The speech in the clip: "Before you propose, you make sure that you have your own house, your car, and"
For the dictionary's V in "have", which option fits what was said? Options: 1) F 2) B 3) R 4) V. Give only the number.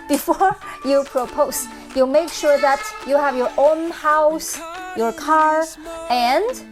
4